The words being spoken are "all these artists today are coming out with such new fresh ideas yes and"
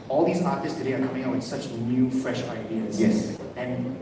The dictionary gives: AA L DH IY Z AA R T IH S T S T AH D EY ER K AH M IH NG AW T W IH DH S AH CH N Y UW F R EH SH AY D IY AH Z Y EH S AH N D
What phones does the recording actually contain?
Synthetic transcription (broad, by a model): AA L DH IY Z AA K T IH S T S T AH D EY ER K AH M IH NG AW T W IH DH S AH CH N Y UW F R EH SH AY D IY AH Z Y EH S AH N